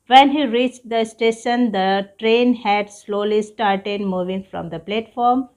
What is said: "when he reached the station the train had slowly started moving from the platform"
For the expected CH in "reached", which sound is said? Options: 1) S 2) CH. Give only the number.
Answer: 2